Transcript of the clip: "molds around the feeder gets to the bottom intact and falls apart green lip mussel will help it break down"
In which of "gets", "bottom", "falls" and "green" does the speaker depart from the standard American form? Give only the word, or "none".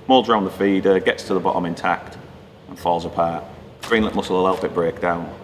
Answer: none